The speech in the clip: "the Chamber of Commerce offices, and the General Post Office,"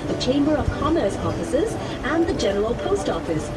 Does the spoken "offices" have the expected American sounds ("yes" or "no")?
yes